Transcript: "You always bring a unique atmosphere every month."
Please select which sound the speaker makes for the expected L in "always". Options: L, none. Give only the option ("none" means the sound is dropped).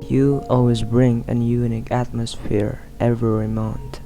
L